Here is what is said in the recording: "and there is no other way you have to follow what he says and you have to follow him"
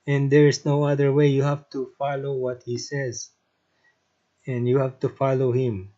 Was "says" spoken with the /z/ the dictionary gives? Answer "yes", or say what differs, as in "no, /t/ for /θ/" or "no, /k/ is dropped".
yes